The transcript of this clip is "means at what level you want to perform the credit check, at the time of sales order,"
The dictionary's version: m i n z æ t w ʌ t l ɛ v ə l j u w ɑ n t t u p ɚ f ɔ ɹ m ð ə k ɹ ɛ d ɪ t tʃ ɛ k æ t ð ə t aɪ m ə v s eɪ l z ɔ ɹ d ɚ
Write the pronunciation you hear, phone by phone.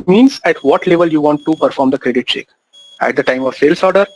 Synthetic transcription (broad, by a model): m i n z æ t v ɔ t l ɛ v ə l j u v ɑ n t t u p ɚ f ɔ ɹ m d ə k ɹ ɛ d ɪ t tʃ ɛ k æ t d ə t aɪ m ə v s eɪ l s ɔ ɹ d ɚ